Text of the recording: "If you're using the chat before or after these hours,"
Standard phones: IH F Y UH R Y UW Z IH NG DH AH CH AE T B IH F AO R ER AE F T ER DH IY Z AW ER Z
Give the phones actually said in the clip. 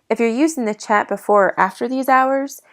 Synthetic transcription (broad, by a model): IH F Y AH R Y UW Z IH NG DH AH CH AE T B IH F AO R AE F T ER DH IY Z AW ER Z